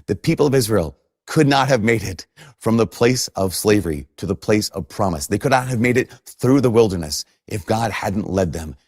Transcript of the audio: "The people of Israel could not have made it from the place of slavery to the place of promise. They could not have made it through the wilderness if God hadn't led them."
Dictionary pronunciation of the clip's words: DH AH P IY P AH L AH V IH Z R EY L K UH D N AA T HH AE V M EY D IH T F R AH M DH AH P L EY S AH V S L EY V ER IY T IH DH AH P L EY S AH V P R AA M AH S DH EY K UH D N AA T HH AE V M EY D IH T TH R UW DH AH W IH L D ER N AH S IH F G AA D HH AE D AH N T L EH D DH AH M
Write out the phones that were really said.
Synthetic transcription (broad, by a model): DH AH P IY P L AH V IH Z R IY L K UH D N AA T HH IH V M EY D IH T F R AH M DH AH P L EY S AH V S L EY V ER IY T IH DH AH P L EY S AH V P R AA M AH S DH EY K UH D N AA T HH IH V M EY D IH T TH R UW DH AH W IH L D ER N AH S IH F G AA D HH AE D N T L EH D DH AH M